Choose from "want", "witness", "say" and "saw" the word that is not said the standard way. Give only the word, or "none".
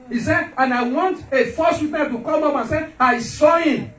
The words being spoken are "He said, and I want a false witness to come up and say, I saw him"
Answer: witness